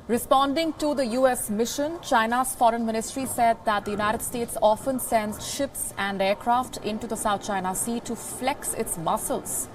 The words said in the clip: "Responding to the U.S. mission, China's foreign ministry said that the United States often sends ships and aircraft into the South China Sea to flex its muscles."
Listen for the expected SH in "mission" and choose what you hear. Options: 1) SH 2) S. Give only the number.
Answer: 1